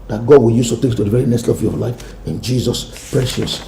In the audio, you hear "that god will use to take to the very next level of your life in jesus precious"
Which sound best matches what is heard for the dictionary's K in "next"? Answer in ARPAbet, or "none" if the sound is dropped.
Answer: none